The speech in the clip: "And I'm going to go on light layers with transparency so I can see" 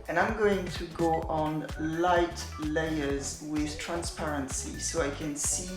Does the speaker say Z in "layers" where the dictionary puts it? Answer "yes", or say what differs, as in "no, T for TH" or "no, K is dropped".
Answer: yes